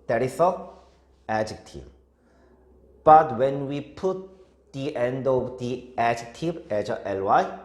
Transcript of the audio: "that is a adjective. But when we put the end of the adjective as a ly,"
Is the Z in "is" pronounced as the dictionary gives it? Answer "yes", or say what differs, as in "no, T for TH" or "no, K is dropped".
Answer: no, S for Z